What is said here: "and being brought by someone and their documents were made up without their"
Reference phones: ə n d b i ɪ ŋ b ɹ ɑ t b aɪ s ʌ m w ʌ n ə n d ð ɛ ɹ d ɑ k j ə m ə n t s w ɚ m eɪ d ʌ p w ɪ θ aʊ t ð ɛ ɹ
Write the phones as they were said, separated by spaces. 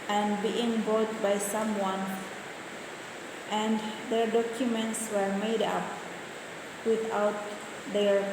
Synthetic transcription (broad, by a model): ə n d b i ɪ ŋ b ɑ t b aɪ s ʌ m w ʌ n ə n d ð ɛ ɹ d ɑ k j ə m ə n t s w ɚ m eɪ d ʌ p w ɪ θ aʊ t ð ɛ ɹ